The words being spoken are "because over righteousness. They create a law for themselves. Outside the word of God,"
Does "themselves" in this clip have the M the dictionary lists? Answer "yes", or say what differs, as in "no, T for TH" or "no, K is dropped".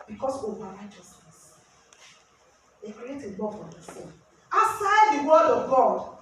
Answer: no, M is dropped